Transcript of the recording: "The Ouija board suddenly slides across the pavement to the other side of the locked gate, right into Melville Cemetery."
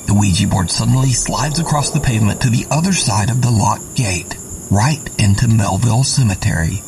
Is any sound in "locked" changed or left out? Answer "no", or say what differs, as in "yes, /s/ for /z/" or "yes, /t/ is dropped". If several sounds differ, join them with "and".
yes, /k/ is dropped